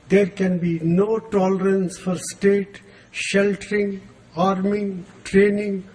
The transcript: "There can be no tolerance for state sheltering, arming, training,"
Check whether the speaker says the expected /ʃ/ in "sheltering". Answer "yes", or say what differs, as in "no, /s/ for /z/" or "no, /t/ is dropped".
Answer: yes